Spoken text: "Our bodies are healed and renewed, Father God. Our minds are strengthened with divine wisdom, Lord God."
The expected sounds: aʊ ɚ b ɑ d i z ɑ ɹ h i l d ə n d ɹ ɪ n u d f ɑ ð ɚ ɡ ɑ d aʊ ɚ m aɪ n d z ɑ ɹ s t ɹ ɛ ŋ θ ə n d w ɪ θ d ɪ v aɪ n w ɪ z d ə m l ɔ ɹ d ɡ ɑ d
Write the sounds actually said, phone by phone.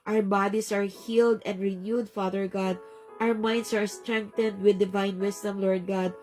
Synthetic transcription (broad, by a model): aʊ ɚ b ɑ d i s ɑ ɹ h i l d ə n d ɹ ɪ n u d f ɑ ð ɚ ɡ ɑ d aʊ ɚ m aɪ n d s ɑ ɹ s t ɹ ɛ ŋ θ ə n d w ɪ d ɪ v aɪ n w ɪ s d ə m l ɔ ɹ d ɡ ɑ d